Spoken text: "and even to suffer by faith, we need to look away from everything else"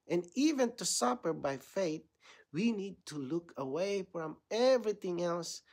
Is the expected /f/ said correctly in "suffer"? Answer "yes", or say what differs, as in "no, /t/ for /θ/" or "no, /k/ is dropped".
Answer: no, /p/ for /f/